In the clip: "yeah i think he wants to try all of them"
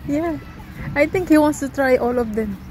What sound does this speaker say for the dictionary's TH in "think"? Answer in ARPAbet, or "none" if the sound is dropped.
T